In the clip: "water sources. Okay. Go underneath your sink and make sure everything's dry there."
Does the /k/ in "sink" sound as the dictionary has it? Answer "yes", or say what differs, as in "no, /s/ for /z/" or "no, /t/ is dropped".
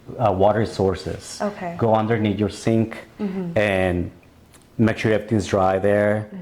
yes